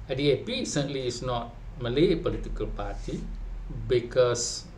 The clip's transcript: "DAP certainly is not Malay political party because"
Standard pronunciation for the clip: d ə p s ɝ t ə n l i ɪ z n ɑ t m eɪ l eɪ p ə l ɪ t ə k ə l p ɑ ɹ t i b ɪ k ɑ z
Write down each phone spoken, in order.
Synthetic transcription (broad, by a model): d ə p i s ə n l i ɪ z n ɑ t m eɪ l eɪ p ə l ɪ t ə k ə l p ɑ ɹ t i b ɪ k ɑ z